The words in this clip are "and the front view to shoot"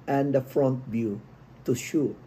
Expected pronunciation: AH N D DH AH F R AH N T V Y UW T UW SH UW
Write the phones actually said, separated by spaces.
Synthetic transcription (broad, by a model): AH N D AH F R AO N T B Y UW T UW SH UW